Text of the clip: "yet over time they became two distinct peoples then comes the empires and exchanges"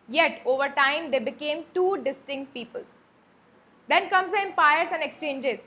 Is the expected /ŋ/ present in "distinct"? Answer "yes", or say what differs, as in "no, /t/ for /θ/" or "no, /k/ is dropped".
yes